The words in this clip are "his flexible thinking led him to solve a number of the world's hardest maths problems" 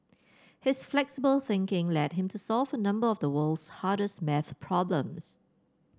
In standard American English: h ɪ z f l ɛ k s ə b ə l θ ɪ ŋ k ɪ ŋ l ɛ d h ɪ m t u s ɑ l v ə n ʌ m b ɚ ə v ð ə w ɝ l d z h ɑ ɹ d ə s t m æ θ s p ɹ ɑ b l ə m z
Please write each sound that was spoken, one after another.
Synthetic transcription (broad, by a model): h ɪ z f l ɛ k s ə b ə l θ ɪ ŋ k ɪ ŋ l ɛ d h ɪ m t u s ɑ l v ə n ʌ m b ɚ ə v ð ə w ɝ l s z h ɑ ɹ d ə s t m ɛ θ p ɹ ɑ b l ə m s